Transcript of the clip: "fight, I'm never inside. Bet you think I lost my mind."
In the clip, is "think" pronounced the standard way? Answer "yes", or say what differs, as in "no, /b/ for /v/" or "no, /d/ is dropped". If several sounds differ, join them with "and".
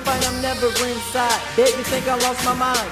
yes